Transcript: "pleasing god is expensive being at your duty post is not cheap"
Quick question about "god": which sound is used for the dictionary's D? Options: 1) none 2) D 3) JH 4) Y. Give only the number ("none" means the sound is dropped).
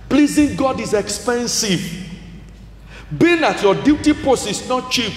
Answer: 2